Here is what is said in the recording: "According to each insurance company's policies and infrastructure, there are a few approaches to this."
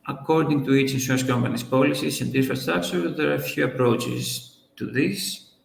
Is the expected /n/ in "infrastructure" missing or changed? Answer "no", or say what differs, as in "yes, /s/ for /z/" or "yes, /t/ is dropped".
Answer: yes, /n/ is dropped